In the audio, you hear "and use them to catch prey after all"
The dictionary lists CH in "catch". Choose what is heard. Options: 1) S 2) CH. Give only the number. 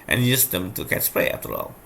1